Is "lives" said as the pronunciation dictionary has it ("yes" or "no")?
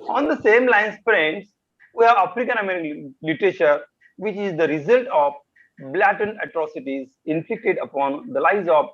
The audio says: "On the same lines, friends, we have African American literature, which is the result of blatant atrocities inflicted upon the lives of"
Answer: no